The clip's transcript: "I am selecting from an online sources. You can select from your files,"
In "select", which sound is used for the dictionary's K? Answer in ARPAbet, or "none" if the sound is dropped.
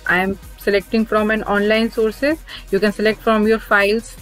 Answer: K